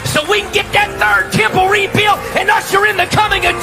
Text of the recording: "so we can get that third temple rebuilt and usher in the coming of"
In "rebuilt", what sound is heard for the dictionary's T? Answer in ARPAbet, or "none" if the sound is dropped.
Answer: none